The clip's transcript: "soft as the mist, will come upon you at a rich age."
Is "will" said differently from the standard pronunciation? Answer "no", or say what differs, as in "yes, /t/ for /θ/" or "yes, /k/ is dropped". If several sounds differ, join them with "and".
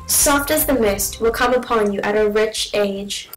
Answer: no